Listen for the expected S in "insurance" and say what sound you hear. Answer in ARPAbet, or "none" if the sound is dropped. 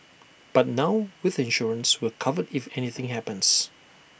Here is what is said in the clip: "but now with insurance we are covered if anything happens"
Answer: S